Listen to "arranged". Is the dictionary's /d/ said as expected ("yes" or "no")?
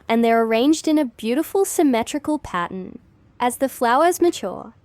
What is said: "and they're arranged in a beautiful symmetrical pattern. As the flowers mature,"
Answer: yes